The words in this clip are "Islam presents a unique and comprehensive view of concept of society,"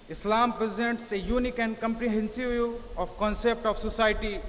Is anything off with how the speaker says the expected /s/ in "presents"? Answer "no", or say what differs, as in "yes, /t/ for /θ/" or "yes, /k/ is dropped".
no